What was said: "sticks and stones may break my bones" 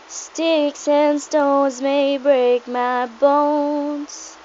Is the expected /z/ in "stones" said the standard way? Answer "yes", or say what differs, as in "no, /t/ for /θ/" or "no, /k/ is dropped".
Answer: yes